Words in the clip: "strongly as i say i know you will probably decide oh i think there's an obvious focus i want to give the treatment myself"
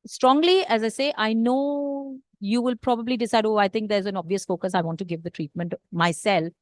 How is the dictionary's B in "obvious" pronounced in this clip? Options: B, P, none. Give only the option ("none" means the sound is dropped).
B